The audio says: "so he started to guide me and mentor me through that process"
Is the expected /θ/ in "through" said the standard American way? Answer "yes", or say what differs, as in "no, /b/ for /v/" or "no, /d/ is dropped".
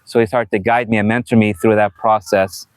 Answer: yes